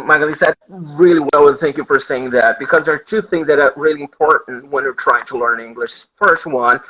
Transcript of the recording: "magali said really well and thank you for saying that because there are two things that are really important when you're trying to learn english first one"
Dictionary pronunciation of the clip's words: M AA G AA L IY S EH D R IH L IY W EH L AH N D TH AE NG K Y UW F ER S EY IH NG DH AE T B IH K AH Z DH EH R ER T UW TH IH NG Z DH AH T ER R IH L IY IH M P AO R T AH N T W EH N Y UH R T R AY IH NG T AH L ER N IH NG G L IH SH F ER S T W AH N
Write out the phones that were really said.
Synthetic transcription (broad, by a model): M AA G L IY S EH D R IH L IY W EH L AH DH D TH AE NG K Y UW F ER S EY IH NG DH AE T B IH K AH Z DH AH R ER T UW TH IH NG Z DH AH T ER R IH L IY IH M P AO R T N T W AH N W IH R T R AY IH NG T AH L ER N IH NG G L IH SH F ER S T W AH N